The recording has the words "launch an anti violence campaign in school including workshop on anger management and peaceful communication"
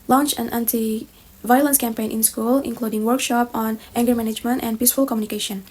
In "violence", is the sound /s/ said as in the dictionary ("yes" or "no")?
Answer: yes